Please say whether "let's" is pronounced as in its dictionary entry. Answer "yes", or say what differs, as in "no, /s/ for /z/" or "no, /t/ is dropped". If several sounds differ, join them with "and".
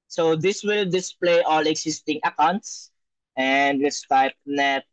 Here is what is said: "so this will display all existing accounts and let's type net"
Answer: no, /w/ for /l/